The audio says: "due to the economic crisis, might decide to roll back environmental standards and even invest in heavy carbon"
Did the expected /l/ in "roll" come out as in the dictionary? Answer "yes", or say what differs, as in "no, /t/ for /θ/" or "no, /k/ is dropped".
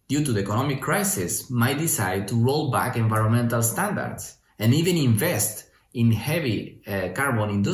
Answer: yes